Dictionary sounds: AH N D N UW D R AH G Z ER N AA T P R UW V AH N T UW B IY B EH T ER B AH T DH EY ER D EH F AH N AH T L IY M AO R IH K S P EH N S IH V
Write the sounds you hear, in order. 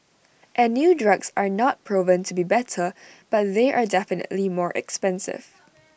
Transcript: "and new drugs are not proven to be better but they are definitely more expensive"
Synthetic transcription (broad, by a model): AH N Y UW D R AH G S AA N AA T P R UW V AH N T UW B IY B EH T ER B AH T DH EY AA D EH F AH N AH T L IY M AO R IH K S P EH N S IH V